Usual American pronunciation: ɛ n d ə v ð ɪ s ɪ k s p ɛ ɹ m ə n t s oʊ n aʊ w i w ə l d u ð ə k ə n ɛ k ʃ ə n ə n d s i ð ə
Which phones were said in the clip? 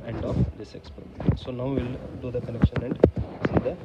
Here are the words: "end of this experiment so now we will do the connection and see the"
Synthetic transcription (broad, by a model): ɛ n d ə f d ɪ s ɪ k s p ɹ ə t s oʊ n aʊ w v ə l d u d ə k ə l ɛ k ʃ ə n ə n d s i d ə